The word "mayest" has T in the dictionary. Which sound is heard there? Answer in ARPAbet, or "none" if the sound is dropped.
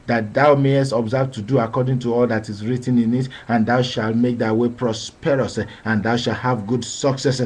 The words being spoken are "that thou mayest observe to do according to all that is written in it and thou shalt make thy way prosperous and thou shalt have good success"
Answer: T